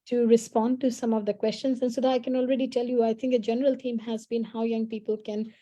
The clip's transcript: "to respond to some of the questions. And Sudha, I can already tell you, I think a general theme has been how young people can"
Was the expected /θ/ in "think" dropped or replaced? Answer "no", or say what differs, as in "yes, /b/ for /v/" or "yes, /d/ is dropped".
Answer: yes, /t/ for /θ/